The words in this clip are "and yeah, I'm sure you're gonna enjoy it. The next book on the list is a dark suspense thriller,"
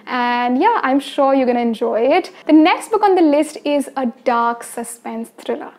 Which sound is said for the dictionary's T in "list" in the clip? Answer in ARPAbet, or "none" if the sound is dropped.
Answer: T